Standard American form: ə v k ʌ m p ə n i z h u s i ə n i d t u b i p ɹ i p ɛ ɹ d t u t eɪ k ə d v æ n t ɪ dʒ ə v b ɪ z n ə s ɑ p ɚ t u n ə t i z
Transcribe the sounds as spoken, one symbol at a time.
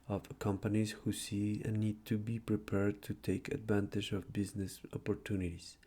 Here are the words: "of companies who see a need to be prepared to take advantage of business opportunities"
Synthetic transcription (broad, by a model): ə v k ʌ m p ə n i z h u s i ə n i d t u b i p ɹ i p ɛ ɹ d t u t eɪ k ə d v æ n t ɪ dʒ ə v b ɪ z n ə s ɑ p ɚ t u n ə t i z